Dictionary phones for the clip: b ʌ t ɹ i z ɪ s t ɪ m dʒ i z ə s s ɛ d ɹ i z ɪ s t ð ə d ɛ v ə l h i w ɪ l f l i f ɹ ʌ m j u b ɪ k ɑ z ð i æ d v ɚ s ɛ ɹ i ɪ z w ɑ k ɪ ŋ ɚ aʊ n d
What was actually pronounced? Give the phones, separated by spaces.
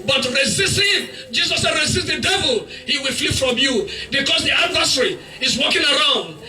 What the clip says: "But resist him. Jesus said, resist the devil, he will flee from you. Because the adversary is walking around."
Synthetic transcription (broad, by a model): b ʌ t ɹ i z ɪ s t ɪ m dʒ i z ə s s ɛ d ɹ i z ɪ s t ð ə d ɛ v ə l h i w ɪ l f l i f ɹ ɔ m j u b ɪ k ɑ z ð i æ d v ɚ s ɹ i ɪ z w ɑ k ɪ ŋ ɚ aʊ n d